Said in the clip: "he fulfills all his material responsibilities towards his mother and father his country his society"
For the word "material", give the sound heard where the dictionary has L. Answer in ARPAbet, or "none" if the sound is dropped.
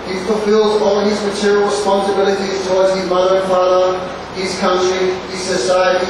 L